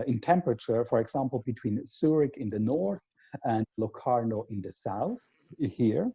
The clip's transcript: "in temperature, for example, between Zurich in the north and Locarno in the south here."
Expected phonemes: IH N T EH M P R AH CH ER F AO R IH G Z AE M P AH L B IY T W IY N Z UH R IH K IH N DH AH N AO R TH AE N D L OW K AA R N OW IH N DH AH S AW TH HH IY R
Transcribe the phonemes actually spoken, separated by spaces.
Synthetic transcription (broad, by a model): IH N T EH M P R AH CH ER F AO R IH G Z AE M P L B IY T W IY N S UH R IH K IH N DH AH N AO R TH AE N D L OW K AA R N OW IH N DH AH S AW TH HH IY R